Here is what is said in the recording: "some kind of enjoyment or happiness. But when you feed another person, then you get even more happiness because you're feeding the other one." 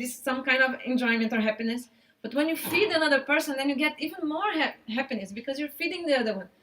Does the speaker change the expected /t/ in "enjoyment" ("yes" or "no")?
no